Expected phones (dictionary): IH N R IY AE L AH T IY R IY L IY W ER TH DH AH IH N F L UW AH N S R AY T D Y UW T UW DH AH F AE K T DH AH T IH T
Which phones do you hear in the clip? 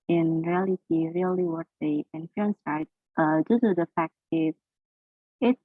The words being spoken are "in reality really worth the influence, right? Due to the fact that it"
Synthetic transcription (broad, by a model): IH N R IY AE L AH T IY R IY L IY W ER T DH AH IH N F UW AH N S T T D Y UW T UW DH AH F AE K T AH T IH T